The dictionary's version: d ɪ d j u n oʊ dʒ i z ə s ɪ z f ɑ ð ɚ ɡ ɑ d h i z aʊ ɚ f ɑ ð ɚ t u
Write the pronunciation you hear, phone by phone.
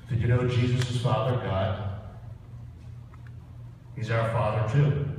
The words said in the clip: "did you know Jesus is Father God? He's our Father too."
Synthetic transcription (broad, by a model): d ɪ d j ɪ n oʊ dʒ i z ə s ɪ z f ɑ ð ɚ ɡ ɑ d h i z aʊ ɚ f ɑ ð ɚ t u